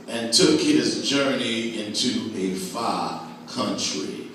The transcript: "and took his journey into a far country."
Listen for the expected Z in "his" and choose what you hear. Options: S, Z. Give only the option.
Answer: Z